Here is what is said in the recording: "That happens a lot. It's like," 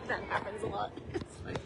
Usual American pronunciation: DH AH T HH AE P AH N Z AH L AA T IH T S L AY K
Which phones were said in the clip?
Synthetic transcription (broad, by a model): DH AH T HH AE P AH N Z AH L AA T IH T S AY